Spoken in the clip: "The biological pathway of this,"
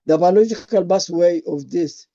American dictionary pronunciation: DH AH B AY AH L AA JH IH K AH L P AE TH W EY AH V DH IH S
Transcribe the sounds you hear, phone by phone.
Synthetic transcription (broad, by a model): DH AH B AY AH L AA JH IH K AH L B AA S W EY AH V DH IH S